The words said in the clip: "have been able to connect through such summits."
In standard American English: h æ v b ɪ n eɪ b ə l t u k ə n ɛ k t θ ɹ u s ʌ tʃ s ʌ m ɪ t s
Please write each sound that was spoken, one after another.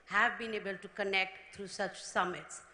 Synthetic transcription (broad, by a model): h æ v b ɪ n eɪ b ə l t u k ə n ɛ k t t ɹ u s ʌ tʃ s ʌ m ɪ t s